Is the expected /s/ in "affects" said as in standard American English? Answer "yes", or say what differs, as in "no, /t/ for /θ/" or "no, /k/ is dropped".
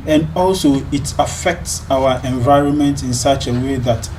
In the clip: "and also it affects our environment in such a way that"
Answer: yes